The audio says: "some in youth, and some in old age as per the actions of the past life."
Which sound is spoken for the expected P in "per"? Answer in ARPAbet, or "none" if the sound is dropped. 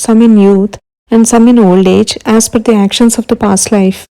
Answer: F